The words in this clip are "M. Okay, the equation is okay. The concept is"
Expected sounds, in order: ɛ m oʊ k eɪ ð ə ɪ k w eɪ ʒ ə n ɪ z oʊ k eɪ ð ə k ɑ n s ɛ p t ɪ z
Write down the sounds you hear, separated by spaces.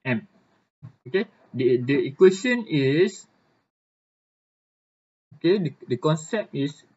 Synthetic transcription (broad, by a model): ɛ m oʊ k eɪ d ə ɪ k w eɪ s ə n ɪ s oʊ k eɪ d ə k ɑ n s ɛ p t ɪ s